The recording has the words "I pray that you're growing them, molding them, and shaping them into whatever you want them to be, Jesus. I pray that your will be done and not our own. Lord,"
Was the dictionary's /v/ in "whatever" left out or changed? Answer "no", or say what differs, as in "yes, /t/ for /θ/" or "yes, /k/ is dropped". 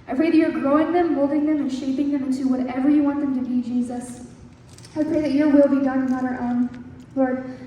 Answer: no